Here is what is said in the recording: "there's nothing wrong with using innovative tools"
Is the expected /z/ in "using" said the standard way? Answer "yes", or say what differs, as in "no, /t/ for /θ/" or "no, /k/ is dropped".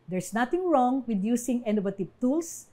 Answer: no, /s/ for /z/